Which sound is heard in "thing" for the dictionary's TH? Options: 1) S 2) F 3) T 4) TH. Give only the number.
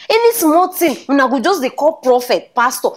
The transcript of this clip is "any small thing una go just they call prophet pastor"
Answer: 3